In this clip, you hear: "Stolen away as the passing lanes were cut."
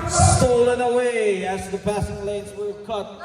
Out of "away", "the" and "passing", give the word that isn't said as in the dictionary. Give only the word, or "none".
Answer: passing